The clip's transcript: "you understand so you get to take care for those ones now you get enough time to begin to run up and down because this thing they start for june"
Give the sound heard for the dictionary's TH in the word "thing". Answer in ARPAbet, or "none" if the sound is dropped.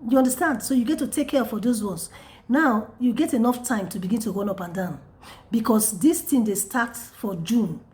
T